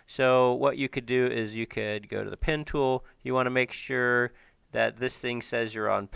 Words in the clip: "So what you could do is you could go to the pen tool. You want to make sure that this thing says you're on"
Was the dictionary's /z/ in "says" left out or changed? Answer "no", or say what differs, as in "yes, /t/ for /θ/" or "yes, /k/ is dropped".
no